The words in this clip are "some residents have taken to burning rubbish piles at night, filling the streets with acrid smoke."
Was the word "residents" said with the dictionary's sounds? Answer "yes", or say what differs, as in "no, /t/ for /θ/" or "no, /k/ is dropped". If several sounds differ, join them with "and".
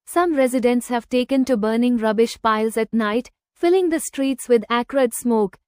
yes